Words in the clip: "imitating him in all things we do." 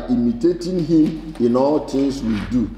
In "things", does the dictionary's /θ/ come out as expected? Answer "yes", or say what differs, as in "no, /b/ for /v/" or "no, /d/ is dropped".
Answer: no, /t/ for /θ/